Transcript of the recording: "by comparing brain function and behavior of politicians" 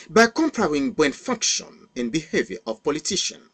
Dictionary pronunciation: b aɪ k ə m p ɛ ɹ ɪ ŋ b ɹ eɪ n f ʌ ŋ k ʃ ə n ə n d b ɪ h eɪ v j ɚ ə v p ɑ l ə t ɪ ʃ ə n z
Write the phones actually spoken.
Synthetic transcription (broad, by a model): b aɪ k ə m p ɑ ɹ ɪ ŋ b eɪ n f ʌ ŋ k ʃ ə n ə n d b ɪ h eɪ v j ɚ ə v p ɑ l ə t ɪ ʃ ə n